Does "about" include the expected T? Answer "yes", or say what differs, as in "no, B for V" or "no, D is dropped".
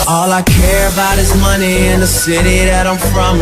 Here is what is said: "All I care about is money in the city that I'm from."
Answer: yes